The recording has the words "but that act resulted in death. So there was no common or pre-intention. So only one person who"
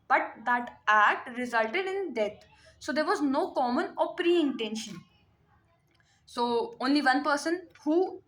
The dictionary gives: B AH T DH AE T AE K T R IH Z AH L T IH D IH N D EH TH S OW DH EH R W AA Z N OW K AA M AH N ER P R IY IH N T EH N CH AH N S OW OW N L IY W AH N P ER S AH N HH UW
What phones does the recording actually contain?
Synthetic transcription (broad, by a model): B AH T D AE T AE K T R IH Z AH L T IH D IH N D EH T S OW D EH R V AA Z N OW K AA M AH N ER P R IY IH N T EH N SH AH N S OW OW N L IY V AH N P ER S AH N HH UW